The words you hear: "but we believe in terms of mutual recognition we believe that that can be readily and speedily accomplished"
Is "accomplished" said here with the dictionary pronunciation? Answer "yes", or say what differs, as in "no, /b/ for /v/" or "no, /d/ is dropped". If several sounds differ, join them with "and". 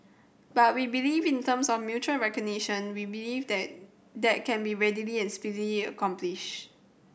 no, /t/ is dropped